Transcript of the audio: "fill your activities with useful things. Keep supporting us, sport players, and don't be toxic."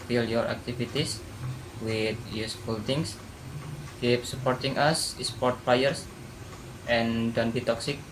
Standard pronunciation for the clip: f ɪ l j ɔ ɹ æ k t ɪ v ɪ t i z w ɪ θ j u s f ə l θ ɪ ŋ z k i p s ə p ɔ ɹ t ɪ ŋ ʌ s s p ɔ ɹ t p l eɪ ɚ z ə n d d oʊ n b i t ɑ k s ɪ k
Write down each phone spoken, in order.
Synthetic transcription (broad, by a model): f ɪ l j ɔ ɹ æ k t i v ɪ t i s w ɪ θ j u s f ə l t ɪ ŋ s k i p s ə p ɔ ɹ t ɪ ŋ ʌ s s p ɔ ɹ t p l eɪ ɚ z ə n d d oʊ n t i t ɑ k s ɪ k